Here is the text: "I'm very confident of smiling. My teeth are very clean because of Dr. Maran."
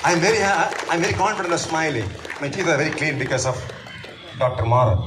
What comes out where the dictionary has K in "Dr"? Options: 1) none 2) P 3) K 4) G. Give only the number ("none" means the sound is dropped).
3